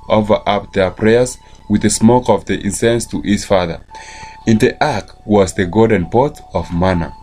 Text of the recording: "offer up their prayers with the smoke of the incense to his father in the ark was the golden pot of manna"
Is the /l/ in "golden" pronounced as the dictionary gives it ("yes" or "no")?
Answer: no